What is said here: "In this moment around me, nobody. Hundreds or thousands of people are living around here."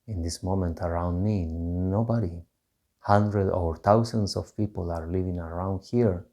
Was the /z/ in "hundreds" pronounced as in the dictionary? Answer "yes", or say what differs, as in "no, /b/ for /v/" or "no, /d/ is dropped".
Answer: no, /z/ is dropped